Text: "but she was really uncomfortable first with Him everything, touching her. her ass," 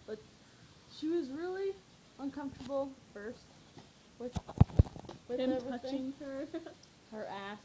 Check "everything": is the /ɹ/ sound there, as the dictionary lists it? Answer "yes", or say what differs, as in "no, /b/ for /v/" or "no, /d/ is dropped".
no, /ɹ/ is dropped